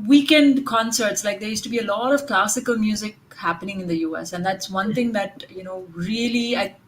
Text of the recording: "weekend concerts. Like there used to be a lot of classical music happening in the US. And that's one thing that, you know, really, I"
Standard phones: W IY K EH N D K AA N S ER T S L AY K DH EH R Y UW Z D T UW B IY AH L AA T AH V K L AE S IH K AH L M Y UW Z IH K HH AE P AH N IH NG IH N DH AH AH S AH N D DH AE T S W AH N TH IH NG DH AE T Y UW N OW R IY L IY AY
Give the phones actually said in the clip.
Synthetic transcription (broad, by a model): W IY K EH N D K AA N S ER T S L AY K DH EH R Y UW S T UW B IY AH L AA T AH V K L AE S IH K AH L M Y UW Z IH K HH AE P AH N IH NG IH N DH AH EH S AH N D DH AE T S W AH N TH IH NG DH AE T Y UW N OW R IY L IY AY